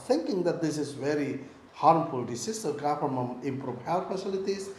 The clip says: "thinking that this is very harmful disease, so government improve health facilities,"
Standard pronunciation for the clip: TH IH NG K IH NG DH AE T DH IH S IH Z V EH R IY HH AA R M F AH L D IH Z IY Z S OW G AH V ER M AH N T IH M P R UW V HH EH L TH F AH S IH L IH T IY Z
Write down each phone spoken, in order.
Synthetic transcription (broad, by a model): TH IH NG K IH NG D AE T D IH S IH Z V EH R IY HH AA R M F AH L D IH S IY S OW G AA F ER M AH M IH M P R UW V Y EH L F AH S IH L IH T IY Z